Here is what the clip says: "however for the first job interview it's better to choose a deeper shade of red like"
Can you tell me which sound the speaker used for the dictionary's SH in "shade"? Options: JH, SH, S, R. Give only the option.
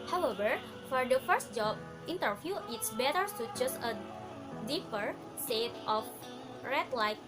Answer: S